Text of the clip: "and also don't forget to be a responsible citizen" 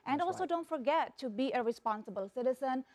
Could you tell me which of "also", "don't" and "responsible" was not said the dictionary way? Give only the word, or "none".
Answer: none